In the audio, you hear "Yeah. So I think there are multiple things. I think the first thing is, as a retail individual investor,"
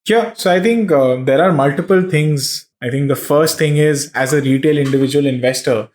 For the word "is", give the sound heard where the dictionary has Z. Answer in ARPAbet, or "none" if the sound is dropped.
Z